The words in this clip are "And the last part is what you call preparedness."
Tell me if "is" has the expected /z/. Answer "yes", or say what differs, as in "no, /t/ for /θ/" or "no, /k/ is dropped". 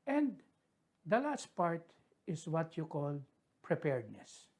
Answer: no, /s/ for /z/